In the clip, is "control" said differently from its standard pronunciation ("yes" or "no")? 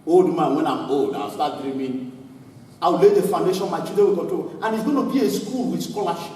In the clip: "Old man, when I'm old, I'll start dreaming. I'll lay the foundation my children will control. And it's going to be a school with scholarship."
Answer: yes